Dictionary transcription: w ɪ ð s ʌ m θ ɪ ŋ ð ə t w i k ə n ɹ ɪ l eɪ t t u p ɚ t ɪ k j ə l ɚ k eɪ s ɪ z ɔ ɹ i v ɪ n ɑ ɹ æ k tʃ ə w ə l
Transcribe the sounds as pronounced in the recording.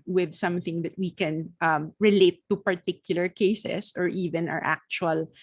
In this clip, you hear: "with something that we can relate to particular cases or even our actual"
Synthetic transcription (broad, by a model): w ɪ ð s ʌ m θ ɪ ŋ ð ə t w i k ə n ɹ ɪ l eɪ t t u p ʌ t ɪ k j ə l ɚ k eɪ s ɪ s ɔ ɹ i v ɪ n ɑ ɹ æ k tʃ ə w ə l